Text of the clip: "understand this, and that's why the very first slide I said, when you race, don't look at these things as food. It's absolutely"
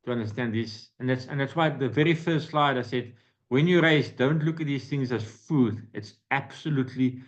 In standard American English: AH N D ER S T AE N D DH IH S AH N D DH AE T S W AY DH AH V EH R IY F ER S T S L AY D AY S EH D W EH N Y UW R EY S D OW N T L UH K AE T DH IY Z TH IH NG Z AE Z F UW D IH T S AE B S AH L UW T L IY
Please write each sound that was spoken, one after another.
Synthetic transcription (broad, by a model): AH N D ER S T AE N D DH IH S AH N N DH AE T S W AY DH AH V EH R IY F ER S T S L AY D AY S EH D W EH N Y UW R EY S D OW N T L UH K T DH IY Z TH IH NG Z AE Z F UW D IH T S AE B S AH L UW T L IY